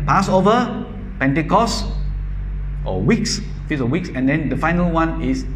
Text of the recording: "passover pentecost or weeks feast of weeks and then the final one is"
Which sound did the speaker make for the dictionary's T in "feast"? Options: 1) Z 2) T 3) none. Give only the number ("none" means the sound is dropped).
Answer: 3